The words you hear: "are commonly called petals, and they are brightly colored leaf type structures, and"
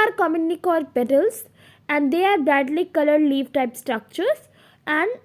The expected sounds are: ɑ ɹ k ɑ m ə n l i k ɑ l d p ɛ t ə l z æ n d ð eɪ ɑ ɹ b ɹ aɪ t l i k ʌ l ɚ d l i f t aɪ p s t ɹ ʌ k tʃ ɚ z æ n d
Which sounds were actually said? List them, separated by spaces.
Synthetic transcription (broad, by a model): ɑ ɹ k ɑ m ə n i k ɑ d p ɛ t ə l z æ n d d eɪ ɑ ɹ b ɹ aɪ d l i k ʌ l ɚ d l i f t aɪ p s t ɹ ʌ k tʃ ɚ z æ n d